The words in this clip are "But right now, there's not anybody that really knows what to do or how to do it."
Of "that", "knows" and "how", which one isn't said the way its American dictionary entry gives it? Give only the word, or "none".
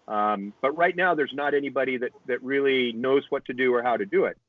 none